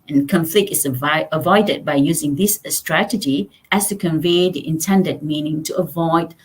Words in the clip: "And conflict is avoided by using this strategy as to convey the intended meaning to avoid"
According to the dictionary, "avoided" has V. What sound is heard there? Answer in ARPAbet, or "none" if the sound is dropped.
V